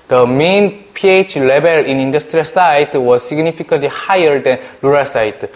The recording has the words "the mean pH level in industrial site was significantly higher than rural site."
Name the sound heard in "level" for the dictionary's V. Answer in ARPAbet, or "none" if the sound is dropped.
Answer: B